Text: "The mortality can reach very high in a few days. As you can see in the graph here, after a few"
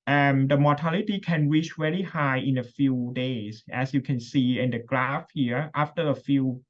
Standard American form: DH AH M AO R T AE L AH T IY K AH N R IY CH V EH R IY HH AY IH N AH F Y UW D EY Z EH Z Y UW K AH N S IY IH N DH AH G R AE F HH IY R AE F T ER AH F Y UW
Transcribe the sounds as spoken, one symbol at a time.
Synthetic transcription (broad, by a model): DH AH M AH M T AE L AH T IY K AH N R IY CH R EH L IY HH AY IH N AH F Y UW D EY S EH S Y UW K AH N S IY IH N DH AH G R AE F HH IY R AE F T ER AH F Y UW